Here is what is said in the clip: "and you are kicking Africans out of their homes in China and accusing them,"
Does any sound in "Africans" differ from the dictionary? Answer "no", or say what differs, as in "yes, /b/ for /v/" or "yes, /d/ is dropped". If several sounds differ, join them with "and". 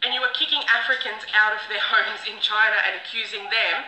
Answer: no